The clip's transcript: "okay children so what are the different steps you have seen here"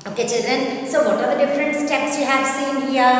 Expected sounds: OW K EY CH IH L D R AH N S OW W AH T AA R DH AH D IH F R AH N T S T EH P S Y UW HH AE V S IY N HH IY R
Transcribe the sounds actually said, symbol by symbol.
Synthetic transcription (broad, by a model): OW K EY CH IH L D R AH N S OW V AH T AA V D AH D IH F R AH N T S T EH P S Y UW HH AE V S IY N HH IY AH